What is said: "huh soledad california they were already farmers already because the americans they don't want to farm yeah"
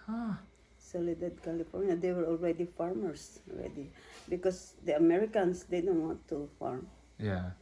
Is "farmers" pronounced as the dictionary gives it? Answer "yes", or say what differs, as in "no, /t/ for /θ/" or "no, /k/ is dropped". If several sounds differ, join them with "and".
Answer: no, /s/ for /z/